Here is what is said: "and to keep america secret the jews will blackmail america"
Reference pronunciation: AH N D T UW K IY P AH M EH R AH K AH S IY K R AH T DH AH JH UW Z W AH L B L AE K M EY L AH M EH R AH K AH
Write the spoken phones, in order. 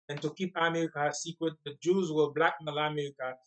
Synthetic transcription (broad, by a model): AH N T UW K IY P AH M EH R AH K AH S IY K R AH T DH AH JH UW Z W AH B L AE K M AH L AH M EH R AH K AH